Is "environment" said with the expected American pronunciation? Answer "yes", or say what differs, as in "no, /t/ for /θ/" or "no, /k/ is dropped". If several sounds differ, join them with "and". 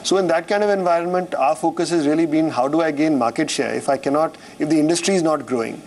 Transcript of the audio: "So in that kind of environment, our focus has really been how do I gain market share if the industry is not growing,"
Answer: yes